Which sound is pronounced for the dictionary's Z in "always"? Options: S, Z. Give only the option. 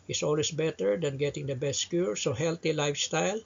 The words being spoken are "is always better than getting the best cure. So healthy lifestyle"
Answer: S